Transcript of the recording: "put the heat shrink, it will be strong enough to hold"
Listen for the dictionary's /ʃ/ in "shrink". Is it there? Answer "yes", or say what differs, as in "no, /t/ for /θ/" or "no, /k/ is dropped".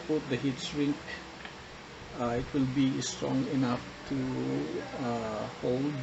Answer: no, /s/ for /ʃ/